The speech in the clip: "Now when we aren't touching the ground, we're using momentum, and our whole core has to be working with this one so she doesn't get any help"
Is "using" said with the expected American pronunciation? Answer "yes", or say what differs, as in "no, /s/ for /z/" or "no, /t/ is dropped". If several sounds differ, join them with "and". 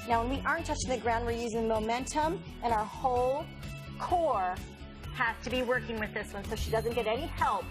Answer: yes